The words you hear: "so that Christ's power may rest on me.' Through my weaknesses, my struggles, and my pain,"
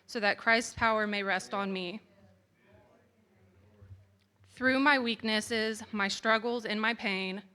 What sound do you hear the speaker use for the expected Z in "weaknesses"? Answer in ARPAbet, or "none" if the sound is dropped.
Z